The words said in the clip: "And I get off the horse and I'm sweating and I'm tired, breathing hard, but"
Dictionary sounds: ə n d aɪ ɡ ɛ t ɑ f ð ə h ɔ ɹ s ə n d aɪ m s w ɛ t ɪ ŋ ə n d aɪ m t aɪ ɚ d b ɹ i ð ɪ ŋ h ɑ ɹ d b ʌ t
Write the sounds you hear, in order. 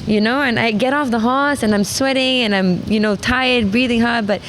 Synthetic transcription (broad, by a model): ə n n aɪ ɡ ɛ t ɑ f ð ə h ɔ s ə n aɪ m s w ɛ t ɪ ŋ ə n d aɪ m t aɪ ɚ d b ɹ i ð ɪ ŋ h ɑ ɹ d b ʌ t